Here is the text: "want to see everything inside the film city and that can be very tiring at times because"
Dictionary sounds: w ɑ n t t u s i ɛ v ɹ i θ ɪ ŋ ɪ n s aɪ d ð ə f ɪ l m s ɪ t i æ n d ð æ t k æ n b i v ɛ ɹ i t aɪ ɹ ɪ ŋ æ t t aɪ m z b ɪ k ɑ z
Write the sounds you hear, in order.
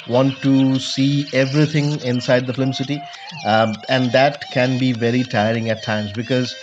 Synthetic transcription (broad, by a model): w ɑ n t t u s i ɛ v ɹ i t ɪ ŋ ɪ n s aɪ d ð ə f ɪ m s ɪ t i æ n d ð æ t k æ n b i v ɛ ɹ i t aɪ ɹ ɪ ŋ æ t t aɪ m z b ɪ k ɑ z